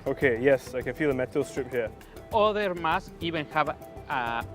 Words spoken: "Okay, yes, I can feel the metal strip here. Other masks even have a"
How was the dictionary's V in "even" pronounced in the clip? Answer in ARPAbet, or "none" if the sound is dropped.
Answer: B